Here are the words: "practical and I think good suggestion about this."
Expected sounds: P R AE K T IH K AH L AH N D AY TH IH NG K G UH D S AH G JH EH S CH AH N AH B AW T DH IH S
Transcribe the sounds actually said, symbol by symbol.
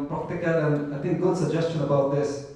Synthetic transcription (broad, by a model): P R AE K T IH K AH L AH N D AY T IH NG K G UH D S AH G JH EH S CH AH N AH B AW T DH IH S